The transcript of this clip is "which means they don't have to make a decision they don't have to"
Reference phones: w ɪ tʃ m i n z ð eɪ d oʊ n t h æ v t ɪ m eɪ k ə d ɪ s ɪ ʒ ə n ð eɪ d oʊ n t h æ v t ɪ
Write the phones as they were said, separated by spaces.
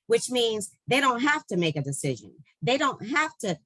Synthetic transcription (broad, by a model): w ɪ tʃ m i n z ð eɪ d oʊ n t h æ f t ɪ m eɪ k ə d ɪ s ɪ ʒ ə n ð eɪ d oʊ n t h æ f t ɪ